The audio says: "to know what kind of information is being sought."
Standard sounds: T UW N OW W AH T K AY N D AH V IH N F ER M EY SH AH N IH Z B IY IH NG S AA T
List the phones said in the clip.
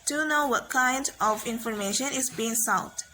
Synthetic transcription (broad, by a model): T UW N OW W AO T K AY N D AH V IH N F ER M EY SH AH N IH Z B IY IH NG S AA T